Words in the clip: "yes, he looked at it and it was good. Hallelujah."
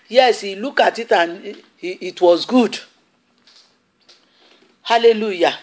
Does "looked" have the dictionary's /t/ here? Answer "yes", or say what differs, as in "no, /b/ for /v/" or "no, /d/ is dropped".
no, /t/ is dropped